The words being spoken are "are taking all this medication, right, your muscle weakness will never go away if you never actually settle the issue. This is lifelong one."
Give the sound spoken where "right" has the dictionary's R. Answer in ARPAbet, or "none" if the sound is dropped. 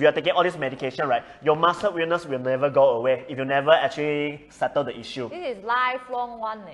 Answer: R